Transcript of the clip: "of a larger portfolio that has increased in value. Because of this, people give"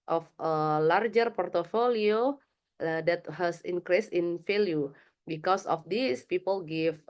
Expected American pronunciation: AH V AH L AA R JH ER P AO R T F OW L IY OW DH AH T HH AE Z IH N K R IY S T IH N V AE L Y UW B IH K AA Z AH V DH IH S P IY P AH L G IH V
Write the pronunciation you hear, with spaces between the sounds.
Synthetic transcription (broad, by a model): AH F AH L AA R JH ER P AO R T F OW L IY OW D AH T HH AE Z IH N K R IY S IH N F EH L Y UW B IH K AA S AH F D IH S P IY P AH L G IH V